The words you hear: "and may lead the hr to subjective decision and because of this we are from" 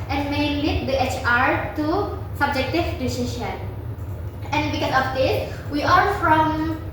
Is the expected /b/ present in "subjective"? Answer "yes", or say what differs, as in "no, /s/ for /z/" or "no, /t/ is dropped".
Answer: yes